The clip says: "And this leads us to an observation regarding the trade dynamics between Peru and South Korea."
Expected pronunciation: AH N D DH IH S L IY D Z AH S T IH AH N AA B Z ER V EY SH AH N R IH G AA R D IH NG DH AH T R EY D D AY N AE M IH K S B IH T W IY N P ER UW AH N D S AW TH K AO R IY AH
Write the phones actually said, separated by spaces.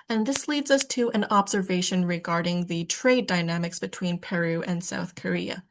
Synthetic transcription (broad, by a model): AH N DH IH S L IY D Z AH S T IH AH N AA B Z ER V EY SH AH N R IH G AA R D IH NG DH AH T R EY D D AY N AE M IH K S B IH T W IY N P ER UW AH N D S AW TH K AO R IY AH